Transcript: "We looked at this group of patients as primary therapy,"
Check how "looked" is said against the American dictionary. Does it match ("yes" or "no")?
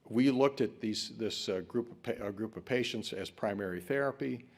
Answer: yes